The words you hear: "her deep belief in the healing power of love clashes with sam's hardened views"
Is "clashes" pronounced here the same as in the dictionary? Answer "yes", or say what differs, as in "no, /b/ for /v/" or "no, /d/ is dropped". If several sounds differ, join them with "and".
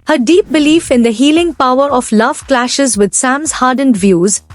yes